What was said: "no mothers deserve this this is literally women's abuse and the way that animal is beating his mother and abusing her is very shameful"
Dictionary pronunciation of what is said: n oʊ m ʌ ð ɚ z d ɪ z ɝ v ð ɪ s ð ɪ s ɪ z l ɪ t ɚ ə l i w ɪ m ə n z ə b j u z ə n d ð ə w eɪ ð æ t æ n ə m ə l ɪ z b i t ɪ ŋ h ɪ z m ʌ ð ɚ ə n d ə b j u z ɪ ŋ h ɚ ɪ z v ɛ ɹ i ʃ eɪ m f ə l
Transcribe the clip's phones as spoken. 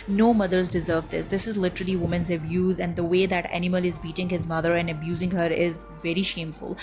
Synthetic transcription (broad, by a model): n oʊ m ʌ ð ɚ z d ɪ z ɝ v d ɪ s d ɪ s ɪ z l ɪ t ɚ ə l i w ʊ m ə n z ə b j u z ə n d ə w eɪ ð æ t æ n ə m ə l ɪ z b i t ɪ ŋ h ɪ z m ʌ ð ɚ ə n d ə b j u z ɪ ŋ h ɚ ɪ z v ɛ ɹ i ʃ eɪ m f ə l